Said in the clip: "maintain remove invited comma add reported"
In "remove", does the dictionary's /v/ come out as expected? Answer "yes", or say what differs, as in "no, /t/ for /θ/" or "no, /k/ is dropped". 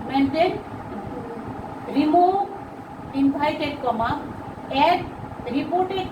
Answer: no, /v/ is dropped